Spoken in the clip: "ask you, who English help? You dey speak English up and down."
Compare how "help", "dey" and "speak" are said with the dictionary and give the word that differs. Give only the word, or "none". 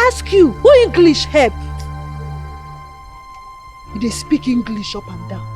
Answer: help